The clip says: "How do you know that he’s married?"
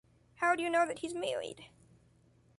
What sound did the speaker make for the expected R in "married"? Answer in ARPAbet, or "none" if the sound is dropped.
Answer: L